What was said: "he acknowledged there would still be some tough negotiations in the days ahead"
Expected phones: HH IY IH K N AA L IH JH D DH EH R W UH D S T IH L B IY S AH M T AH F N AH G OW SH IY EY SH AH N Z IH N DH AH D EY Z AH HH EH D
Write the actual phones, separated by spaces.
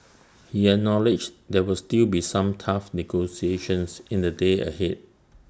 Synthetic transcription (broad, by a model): HH IY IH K N AA L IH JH D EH W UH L S T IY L B IY S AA M T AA F N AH G OW S IY EY SH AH N S IH N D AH D EY AH HH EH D